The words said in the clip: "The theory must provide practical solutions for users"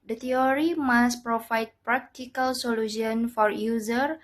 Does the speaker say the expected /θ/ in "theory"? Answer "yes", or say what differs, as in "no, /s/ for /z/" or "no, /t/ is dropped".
no, /t/ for /θ/